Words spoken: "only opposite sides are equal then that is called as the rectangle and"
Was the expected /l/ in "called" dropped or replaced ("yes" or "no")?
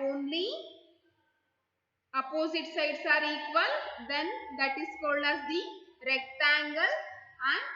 no